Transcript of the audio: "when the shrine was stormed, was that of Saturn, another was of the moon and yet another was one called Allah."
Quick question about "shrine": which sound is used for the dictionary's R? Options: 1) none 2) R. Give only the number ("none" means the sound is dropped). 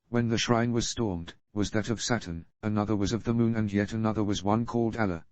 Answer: 2